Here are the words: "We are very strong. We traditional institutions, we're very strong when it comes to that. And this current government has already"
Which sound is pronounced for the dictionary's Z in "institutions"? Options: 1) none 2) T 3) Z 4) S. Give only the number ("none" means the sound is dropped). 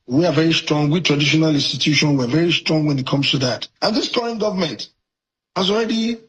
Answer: 1